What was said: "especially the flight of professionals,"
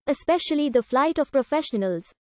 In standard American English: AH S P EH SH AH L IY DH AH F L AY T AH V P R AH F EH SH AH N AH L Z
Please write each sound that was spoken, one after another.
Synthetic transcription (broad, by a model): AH S P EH SH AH L IY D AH F L AY T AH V P R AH F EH SH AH N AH L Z